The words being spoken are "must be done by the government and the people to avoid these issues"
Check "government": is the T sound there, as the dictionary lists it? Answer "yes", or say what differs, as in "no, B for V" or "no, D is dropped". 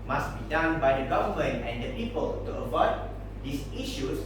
no, T is dropped